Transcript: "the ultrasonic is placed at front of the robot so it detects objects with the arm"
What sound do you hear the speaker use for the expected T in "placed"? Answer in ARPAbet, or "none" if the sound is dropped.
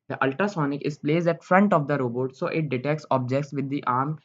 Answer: none